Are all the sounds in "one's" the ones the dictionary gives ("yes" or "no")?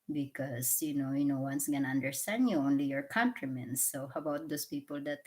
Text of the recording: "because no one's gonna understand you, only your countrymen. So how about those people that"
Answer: no